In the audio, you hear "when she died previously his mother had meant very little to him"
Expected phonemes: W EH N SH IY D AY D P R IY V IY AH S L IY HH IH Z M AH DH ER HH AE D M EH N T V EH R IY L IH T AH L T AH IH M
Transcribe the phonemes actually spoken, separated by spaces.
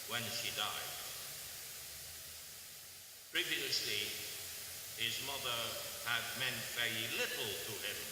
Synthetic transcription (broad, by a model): W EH N SH IY D AY D P R IY V IY AH S L IY HH IH Z M AH DH ER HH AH D M EH N T V EH R IY L IH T L T AH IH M